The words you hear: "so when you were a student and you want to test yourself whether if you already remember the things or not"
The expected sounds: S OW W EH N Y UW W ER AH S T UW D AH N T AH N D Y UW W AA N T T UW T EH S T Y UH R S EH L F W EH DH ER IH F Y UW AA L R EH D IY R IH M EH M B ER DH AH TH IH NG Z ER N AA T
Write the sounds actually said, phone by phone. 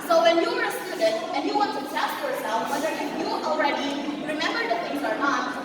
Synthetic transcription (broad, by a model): S OW W EH N Y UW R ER AH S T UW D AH T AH N Y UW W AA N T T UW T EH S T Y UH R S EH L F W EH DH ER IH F Y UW AA L R EH D IY R IH M EH M B ER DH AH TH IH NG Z ER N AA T